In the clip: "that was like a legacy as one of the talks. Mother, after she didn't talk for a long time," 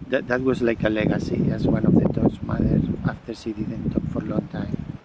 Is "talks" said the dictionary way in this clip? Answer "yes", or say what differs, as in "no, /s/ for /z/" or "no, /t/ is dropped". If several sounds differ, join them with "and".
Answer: no, /k/ is dropped